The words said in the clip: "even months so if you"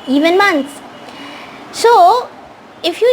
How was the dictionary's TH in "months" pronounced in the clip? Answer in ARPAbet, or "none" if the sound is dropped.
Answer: T